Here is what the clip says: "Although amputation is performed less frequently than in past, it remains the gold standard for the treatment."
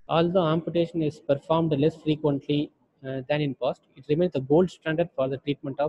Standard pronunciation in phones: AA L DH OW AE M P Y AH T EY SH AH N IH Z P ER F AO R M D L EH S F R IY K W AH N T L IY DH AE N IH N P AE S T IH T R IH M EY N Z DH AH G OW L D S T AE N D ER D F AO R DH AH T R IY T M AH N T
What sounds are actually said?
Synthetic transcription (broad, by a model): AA L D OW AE M P Y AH T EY SH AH N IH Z P ER F AO R M D L EH S F R IY K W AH N T L IY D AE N IH N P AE S T IH T R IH M EY N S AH G OW L D S T AE N D ER D F AO R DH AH T R IY T M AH N T